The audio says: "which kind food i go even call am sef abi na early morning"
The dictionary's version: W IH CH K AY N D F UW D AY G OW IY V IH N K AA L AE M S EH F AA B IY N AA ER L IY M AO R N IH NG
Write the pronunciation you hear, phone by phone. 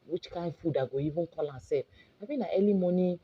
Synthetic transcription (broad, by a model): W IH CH K AY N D F UW D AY G OW IY V IH N K AA L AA S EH P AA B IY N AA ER L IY M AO N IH